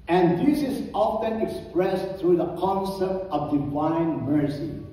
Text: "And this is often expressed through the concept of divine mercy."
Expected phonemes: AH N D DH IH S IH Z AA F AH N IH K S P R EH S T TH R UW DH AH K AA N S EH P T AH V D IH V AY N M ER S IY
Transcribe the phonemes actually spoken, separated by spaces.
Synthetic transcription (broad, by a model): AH N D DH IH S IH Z AA F AH N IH K S P R EH S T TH R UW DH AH K AA N S EH P T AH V D IH V AY N M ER S IY